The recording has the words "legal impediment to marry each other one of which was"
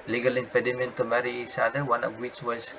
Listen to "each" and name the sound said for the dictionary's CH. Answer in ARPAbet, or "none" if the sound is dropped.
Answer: S